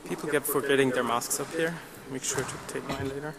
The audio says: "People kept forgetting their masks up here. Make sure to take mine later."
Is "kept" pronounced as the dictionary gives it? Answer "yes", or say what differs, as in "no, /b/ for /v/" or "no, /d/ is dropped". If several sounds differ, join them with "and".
no, /p/ is dropped